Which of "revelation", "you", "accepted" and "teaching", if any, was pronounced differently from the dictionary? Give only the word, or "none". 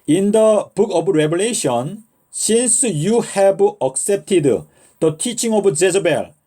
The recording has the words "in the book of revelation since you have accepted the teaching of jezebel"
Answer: revelation